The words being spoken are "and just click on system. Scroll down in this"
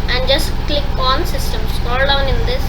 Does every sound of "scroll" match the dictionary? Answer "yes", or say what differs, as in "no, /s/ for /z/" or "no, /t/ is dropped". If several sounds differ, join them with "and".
no, /ɹ/ is dropped